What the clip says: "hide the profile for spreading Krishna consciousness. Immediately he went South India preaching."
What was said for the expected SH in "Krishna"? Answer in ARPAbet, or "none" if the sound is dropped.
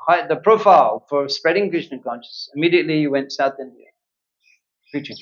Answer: none